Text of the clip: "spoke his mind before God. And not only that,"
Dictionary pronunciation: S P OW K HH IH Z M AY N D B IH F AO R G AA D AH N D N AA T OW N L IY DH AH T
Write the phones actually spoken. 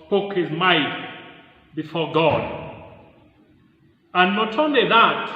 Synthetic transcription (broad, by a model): P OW K HH IH Z M AY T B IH F AO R G AA D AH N N AA T OW N L IY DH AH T